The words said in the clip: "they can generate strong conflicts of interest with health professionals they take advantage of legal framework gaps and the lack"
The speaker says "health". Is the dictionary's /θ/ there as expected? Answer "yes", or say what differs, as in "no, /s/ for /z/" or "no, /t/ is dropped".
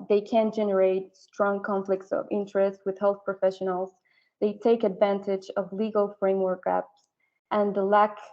yes